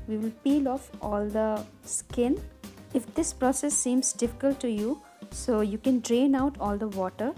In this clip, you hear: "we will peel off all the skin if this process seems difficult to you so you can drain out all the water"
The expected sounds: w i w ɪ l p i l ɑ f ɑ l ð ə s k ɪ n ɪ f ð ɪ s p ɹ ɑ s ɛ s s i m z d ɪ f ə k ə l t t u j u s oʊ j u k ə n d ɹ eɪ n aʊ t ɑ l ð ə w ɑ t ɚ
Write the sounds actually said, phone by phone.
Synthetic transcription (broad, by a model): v i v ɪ l p i l ɑ f ɑ l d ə s k ɪ n ɪ f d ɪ s p ɹ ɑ s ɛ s s i m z d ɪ f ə k ə l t t u j u s oʊ j u k ə n d ɹ eɪ n aʊ t ɑ l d ə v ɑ t ɚ